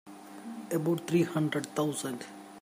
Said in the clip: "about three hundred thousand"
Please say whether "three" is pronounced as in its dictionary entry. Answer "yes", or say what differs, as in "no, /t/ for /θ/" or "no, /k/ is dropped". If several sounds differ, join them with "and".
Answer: no, /t/ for /θ/